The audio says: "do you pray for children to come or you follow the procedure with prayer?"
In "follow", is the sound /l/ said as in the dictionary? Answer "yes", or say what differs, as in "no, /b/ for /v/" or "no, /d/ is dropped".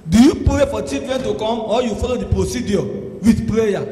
yes